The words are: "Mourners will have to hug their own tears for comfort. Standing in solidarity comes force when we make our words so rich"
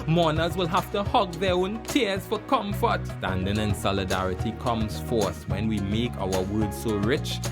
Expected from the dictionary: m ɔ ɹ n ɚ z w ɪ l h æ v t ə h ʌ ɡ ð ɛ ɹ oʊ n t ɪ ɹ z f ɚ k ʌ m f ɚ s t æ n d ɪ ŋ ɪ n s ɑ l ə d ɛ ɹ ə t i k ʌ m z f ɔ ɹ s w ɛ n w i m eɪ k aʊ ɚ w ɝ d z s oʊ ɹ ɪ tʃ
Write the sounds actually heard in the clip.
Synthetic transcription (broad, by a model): m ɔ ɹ n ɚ z w ɪ l h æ f t ə h ʌ ɡ ð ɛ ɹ oʊ n t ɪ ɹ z f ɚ k ʌ m f ɚ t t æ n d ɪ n ɪ n s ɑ l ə d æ ɹ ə t i k ʌ m z f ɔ ɹ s w ɛ n w i m eɪ k aʊ ɚ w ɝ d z s oʊ ɹ ɪ tʃ